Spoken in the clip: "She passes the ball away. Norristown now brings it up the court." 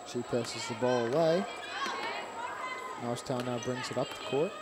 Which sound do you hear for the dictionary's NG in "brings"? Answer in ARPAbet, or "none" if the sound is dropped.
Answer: NG